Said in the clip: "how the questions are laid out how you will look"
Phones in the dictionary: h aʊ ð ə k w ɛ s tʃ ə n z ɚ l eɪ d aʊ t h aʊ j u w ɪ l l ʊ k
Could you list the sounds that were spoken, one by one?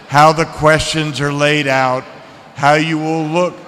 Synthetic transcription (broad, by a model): h aʊ ð ə k w ɛ s tʃ ə n z ɚ l eɪ d aʊ t h aʊ j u w ɪ l l ʊ k